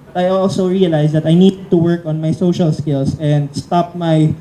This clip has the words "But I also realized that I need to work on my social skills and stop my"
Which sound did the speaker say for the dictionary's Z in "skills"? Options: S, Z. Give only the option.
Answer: S